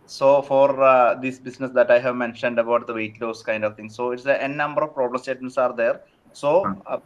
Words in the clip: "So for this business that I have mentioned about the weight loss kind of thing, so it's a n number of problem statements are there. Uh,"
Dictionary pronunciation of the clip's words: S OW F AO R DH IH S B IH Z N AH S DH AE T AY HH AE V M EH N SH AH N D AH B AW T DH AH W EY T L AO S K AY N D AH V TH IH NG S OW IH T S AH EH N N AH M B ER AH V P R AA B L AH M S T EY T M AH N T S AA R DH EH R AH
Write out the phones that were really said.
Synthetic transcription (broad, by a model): S OW F AO R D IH S B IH S N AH S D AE T AY HH AE V M EH N SH AH N D AH B AW T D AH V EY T L AO S K AY N D AH V T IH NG S OW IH T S AH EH N N AH M B ER AH V P R AA B L AH M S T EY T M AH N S AA R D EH R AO